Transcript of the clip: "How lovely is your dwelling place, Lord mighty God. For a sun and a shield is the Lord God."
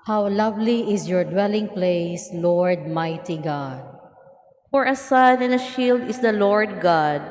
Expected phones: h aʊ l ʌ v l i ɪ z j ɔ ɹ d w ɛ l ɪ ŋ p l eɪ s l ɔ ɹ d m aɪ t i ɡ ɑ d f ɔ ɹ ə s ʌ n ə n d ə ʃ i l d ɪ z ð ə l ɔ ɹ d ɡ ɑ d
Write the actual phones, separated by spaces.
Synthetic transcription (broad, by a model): h aʊ l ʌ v l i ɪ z j ɔ ɹ d w ɛ l ɪ ŋ p l eɪ s l ɔ ɹ d m aɪ t i ɡ ɑ d f ɔ ɹ ə s ʌ n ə n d ə ʃ i l d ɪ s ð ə l ɔ ɹ d ɡ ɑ d